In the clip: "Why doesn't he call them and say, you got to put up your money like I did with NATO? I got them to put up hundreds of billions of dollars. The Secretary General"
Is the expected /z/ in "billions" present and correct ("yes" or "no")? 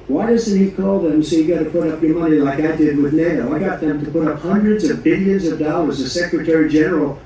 yes